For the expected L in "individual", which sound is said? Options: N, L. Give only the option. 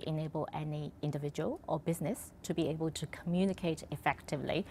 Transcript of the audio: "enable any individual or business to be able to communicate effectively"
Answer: L